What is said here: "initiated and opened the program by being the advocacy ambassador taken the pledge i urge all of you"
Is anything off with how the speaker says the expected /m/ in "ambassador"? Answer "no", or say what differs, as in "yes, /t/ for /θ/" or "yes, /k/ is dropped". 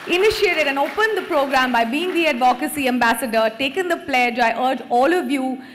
no